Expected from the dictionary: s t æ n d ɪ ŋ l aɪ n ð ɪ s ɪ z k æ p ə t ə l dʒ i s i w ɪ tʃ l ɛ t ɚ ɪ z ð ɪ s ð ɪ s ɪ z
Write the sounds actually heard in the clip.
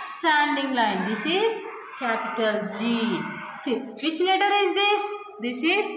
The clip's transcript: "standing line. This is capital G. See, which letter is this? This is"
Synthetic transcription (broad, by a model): s t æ n d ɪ ŋ l aɪ n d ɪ s ɪ z k æ p ə t ə l dʒ i s i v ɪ tʃ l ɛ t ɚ ɪ z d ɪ s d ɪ s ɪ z